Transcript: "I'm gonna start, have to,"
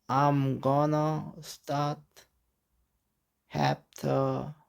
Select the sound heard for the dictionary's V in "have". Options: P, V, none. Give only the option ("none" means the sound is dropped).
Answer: P